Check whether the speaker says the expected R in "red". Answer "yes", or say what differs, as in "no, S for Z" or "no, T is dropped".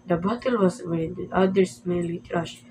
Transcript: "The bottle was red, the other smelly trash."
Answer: no, W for R